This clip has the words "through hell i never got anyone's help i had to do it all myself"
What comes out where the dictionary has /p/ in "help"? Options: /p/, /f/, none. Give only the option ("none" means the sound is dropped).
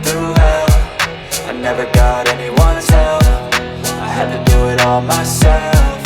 /f/